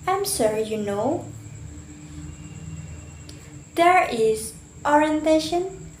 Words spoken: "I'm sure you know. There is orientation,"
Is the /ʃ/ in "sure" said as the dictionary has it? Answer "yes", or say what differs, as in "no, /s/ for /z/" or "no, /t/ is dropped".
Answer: no, /s/ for /ʃ/